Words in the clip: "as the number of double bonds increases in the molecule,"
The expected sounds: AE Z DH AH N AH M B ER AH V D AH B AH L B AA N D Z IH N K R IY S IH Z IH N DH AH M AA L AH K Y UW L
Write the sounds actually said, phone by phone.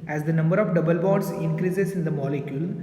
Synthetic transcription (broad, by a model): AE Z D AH N AH M B ER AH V D AH B AH L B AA D S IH N K R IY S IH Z IH N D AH M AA L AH K Y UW L